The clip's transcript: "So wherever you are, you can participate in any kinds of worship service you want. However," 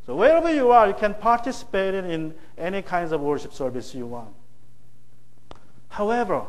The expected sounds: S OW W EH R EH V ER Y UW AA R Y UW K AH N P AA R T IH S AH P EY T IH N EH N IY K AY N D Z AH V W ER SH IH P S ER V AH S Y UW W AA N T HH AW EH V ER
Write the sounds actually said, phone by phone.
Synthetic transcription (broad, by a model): S OW W EH R EH V ER Y UW AA R Y UW K AH N P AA R T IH S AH P EY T IH N EH N IY K AY N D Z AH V W ER SH IH P S ER V AH S Y UW W AA N T HH AW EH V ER